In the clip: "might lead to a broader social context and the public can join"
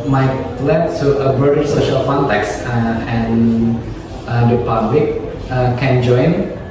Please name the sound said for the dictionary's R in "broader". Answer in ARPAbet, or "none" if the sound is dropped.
none